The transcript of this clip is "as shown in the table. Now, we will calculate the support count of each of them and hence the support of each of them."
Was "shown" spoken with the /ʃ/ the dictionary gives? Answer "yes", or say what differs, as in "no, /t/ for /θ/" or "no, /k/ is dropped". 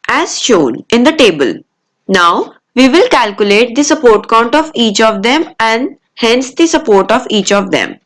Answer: yes